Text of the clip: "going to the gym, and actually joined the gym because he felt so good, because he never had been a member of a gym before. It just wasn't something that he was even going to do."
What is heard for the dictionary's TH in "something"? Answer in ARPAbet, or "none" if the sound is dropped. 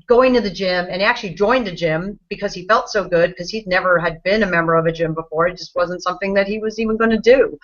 TH